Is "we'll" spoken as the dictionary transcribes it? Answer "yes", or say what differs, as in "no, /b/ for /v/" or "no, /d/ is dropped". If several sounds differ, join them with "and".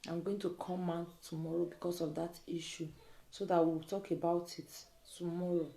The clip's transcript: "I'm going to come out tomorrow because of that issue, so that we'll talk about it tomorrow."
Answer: no, /w/ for /l/